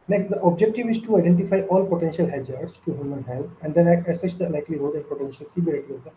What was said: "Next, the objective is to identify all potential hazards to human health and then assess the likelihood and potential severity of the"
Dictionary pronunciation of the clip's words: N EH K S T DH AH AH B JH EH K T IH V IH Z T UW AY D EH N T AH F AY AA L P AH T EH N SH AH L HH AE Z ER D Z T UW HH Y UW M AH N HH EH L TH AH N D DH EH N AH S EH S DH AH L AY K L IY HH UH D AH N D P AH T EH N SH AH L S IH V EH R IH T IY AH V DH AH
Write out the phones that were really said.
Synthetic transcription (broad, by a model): N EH K S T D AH AH B JH EH K T IH V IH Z T UW AY D EH N T AH F AY AA L P AH T EH N SH AH L HH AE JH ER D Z T UW HH Y UW M AH N HH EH L T AH N D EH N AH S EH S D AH L AY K L IY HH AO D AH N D P AH T EH N SH AH L S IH B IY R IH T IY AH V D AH